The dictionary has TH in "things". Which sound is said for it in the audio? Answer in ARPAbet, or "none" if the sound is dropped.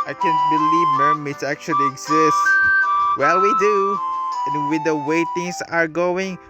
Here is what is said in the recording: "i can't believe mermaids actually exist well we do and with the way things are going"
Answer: T